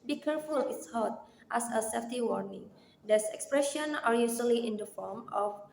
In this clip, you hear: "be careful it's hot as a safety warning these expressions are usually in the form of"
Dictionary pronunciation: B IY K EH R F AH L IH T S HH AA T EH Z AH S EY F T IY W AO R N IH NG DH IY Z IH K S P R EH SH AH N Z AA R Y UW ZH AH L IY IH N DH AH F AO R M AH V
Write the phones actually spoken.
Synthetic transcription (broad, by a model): B IY K EH R F AH L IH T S HH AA T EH S AH S EY F T IY W AO R N IH NG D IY S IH K S P R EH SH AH N AA R Y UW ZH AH L IY IH N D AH F AO R M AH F